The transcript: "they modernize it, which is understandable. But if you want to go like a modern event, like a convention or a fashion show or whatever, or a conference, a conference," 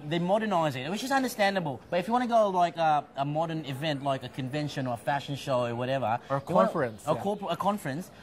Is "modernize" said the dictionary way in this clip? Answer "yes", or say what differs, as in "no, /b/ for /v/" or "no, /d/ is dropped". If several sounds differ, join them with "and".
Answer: yes